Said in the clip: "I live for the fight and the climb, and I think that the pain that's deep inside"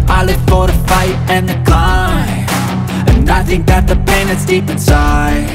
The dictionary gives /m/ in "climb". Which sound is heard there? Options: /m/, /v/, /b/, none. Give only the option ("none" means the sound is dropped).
none